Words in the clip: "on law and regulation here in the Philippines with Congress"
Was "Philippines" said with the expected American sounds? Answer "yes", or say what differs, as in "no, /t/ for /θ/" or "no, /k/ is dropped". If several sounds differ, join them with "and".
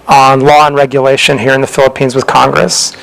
yes